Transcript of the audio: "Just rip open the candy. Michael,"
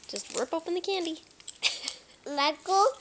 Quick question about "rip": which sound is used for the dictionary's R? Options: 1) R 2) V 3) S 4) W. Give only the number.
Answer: 4